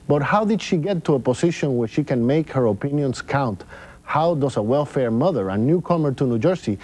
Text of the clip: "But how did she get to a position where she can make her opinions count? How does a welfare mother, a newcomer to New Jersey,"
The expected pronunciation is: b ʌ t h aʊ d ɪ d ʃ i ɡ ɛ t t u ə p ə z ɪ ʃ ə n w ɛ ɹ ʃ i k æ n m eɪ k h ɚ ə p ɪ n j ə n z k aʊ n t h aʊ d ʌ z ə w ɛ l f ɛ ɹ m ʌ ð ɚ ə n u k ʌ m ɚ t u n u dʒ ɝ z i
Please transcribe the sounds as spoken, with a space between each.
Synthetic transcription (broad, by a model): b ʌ t h aʊ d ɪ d ʃ i ɡ ɛ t t u ə p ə s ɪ ʃ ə n w ɛ ɹ ʃ i k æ n m eɪ k h ɚ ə p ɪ n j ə n s k aʊ n t h aʊ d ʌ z ə w ɛ l f ɛ ɹ m ʌ ð ɚ ə n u k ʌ m ɚ t u n u dʒ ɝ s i